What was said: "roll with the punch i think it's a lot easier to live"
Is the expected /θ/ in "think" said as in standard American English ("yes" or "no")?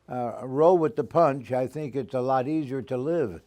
yes